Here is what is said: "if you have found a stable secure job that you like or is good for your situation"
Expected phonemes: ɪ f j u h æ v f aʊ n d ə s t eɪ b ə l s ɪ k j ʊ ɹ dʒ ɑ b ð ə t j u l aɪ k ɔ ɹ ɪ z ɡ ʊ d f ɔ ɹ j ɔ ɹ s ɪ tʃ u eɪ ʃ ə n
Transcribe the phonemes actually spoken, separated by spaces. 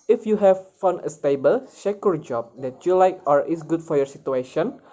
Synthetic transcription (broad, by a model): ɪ f j u h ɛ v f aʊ n ə s t eɪ b ə l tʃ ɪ k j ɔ ɹ dʒ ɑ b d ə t j u l aɪ k ɔ ɹ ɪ s ɡ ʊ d f ɔ ɹ j ɔ ɹ s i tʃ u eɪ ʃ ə n